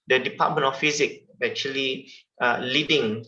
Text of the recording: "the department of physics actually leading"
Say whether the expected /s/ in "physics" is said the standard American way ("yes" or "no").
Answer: no